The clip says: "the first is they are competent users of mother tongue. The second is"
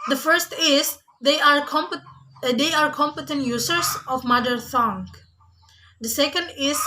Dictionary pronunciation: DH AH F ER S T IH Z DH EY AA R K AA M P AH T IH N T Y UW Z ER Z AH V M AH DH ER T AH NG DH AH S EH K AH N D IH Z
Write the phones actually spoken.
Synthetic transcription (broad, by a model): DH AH F ER S T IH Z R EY AA R K AA M P AH T IH N T Y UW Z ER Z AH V M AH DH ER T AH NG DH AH S EH K AH N D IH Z